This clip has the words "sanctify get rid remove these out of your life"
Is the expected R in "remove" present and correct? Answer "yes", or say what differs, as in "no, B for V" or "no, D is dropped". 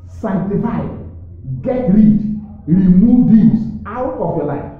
yes